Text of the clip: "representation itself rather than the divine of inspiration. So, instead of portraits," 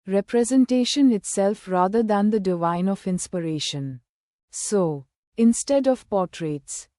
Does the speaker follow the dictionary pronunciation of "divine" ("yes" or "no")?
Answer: yes